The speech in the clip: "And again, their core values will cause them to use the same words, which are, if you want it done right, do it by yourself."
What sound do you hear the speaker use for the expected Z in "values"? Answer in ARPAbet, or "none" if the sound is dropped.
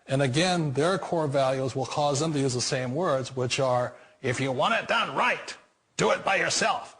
Z